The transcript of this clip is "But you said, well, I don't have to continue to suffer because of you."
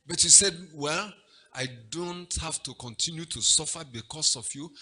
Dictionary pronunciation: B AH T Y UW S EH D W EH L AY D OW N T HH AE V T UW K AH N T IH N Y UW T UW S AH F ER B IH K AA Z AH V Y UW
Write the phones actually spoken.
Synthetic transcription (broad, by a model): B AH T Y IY S EH D W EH L AY D OW N T HH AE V T UW K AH N T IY N Y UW T UW S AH F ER B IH K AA S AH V Y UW